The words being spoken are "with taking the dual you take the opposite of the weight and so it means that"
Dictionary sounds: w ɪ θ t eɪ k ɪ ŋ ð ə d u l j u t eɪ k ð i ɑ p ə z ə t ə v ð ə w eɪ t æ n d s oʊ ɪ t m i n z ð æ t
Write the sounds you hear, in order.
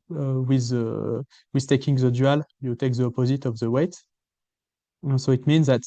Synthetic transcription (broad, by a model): w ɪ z t eɪ k ɪ ŋ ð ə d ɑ l j u t eɪ k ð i ɑ p ə z ə t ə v ð ə w eɪ t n s oʊ ɪ t m i n z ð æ t